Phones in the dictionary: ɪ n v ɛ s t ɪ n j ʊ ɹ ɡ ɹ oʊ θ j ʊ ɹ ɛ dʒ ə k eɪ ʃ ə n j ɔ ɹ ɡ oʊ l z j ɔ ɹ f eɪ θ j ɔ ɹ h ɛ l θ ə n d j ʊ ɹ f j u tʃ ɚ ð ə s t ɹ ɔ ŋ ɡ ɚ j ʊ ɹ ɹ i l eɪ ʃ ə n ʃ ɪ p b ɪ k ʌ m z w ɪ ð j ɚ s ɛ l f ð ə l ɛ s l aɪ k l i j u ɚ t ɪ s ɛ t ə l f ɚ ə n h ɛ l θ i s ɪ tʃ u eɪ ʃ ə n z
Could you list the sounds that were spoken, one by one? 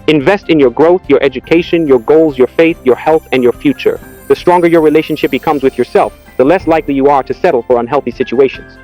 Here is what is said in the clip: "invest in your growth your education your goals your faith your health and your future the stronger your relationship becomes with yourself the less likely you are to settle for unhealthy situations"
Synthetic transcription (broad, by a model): ɪ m v ɛ s t ɪ n j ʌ ɹ ɡ ɹ oʊ θ j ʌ ɹ ɛ dʒ ə k eɪ ʃ ə n j ɔ ɹ ɡ oʊ l z j ɔ ɹ f eɪ θ j ɔ ɹ h ɛ l θ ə n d j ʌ ɹ f j u tʃ ɚ ð ə s t ɹ ɔ ŋ ɡ ɚ j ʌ ɹ ɹ i l eɪ ʃ ə n ʃ ɪ p b ɪ k ʌ m z w ɪ ð j ɚ s ɛ l f ð ə l ɛ s l aɪ k l i j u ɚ t ɪ s ɛ t l f ɚ ə n h ɛ l θ i s ɪ tʃ u eɪ ʃ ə n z